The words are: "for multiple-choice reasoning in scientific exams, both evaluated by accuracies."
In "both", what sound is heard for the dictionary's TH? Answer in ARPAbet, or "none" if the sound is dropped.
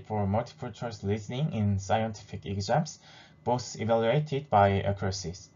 S